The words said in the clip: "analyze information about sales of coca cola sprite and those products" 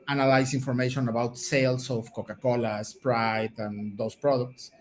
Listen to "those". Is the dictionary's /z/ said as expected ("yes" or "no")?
no